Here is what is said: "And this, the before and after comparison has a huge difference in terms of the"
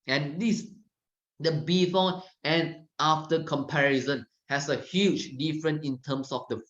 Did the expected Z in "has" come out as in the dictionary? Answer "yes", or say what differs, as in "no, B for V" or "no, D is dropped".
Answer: no, S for Z